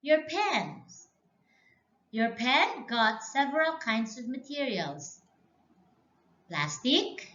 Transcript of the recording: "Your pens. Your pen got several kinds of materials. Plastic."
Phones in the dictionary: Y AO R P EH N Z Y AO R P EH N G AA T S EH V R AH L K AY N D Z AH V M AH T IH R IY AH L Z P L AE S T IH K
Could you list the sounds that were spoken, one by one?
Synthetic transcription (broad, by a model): Y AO R P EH N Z Y AO R P EH N G AA T S EH V R AH L K AY N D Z AH V M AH T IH R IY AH L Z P L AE S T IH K